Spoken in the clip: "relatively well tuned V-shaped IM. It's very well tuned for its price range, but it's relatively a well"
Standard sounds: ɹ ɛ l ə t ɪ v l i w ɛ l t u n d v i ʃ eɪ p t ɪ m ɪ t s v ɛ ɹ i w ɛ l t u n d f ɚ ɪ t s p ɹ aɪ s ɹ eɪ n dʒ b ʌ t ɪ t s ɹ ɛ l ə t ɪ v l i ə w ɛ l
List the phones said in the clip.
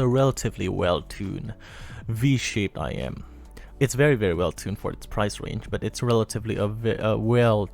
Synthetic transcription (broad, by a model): ɹ ɛ l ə t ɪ v l i w ɛ l t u n v i ʃ eɪ p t ɪ m ɪ t s v ɛ ɹ i w ɛ l t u n f ɚ ɪ t s p ɹ aɪ s ɹ eɪ n dʒ b ʌ t ɪ t s ɹ ɛ l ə t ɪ v l i ə w ɛ l